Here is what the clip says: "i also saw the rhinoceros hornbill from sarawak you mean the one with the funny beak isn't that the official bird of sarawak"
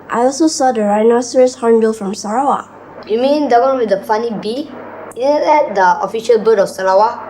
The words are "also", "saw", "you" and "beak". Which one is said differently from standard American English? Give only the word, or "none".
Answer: beak